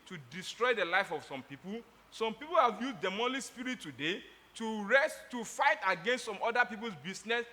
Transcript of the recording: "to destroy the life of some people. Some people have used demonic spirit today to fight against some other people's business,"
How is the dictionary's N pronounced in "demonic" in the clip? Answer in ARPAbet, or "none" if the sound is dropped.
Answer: L